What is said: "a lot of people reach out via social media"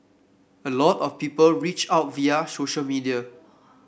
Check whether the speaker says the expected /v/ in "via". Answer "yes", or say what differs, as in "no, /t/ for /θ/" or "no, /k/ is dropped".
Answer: yes